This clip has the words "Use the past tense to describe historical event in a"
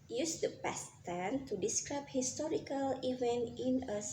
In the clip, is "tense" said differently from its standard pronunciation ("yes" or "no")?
yes